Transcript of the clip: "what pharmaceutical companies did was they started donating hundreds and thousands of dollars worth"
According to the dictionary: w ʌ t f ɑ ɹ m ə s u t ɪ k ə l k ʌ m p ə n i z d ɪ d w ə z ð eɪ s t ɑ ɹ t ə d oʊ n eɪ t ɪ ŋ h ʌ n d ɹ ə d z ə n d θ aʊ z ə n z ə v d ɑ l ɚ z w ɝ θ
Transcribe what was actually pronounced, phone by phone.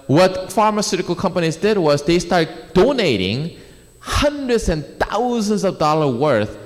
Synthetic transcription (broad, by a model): w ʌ t f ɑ ɹ m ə s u t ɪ k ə l k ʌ m p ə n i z d ɪ d w ə z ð eɪ s t ɑ ɹ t d oʊ n eɪ t ɪ ŋ h ʌ n d ɹ ə d z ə n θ aʊ z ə n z ə v d ɑ l ɚ w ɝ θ